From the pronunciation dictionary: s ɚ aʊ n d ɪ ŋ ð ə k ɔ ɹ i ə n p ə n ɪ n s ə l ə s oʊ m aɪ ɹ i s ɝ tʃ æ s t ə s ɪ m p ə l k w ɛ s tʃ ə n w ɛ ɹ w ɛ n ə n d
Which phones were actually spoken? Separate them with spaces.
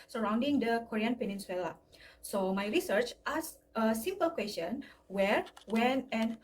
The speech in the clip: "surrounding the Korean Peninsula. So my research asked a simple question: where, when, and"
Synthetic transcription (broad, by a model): s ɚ aʊ n d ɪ ŋ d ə k ɔ ɹ i ə n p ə n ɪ n s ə l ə s oʊ m aɪ ɹ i s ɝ tʃ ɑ s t ə s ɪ m p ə l k w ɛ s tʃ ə n w ɛ ɹ w ɛ n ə n